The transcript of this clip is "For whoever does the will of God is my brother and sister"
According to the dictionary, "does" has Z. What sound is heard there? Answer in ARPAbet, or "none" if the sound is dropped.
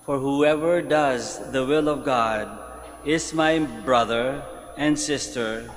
Z